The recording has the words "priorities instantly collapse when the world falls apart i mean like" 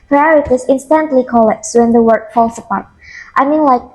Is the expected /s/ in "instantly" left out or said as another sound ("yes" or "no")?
no